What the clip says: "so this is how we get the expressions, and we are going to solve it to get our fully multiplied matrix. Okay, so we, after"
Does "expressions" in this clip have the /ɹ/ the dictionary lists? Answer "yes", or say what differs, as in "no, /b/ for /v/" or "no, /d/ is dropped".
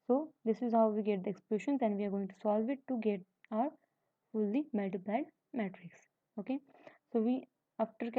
no, /l/ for /ɹ/